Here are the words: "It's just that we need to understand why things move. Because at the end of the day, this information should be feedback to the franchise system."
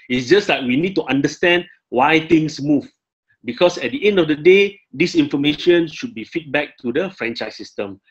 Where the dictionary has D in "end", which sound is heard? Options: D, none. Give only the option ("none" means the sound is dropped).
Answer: D